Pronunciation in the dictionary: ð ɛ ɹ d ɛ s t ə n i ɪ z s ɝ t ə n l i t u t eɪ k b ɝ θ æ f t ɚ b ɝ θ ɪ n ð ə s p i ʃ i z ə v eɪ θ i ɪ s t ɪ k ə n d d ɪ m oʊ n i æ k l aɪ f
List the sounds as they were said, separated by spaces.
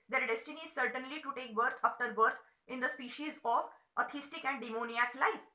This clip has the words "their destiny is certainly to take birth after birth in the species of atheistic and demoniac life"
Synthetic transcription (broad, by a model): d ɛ ɹ d ɛ s t ə n i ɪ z s ɝ t ə n l i t u t eɪ k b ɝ t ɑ f t ɚ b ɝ t ɪ n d ə s p i ʃ i z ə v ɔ t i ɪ s t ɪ k ə n d d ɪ m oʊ n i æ k l aɪ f